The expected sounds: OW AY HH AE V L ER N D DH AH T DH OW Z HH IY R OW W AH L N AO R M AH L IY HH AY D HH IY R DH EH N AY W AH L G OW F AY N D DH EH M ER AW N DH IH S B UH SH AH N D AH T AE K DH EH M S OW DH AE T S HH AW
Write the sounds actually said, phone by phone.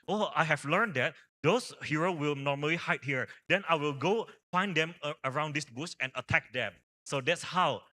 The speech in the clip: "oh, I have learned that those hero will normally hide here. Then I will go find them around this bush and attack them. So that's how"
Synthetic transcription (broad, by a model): OW AY HH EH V L ER N D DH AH T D OW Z HH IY R OW W AH L N AO R M AH L IY HH AY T HH IY R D EH N AY W AH L G OW F AY N D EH M ER AW N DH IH S B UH S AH N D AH T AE K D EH M S OW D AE T S HH AW